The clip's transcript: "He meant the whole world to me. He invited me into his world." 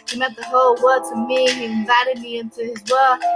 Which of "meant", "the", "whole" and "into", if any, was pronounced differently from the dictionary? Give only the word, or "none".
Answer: meant